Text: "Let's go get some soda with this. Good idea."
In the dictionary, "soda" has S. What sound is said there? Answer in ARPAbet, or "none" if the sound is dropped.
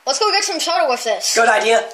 SH